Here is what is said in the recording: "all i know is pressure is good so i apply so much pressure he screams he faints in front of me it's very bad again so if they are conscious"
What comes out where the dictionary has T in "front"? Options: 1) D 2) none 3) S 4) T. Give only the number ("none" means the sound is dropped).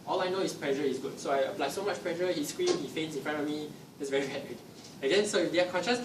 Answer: 2